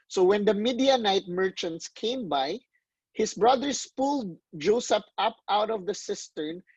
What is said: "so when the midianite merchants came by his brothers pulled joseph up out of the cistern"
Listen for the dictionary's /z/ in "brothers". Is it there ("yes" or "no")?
no